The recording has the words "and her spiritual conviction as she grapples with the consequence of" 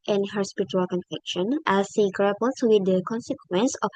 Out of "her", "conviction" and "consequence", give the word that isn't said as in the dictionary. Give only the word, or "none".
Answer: conviction